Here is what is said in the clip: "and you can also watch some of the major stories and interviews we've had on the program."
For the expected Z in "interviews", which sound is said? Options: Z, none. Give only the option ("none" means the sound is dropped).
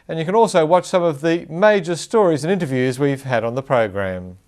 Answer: Z